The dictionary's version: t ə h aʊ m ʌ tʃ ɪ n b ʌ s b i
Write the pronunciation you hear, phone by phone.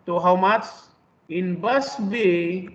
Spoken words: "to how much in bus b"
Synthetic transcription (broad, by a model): t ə h aʊ m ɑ s ɪ n b ʌ s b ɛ